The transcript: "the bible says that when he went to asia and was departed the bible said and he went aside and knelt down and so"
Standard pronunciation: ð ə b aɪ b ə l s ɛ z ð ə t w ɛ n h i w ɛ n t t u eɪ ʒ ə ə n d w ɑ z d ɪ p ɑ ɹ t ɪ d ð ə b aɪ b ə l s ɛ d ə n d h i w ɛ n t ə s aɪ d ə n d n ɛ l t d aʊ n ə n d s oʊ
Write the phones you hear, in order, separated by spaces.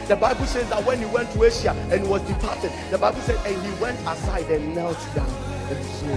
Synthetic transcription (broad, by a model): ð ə b aɪ b ə l s ɛ z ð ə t w ɛ n h i w ɛ n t t u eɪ ʃ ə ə n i w ɑ z d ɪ p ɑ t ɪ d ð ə b aɪ b ə l s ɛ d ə n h i w ɛ n t ə s aɪ d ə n n ɛ l t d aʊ ə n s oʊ